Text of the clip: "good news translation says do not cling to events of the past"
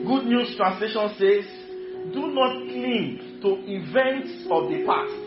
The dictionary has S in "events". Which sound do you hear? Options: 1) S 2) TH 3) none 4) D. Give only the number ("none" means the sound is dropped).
1